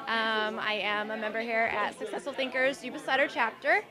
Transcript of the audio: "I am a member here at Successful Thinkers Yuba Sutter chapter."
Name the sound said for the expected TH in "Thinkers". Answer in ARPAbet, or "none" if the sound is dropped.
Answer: TH